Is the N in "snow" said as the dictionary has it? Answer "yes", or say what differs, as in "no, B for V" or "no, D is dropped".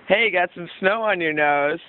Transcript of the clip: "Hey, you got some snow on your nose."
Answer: yes